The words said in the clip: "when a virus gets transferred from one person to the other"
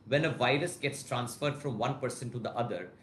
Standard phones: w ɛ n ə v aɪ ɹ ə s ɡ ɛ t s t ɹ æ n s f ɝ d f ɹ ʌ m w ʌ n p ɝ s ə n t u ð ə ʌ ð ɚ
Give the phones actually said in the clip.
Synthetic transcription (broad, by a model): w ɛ n ə v aɪ ɹ ə s ɡ ɛ t s t ɹ æ n s f ɝ d f ɹ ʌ m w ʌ n p ɝ s ə n t u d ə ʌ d ɚ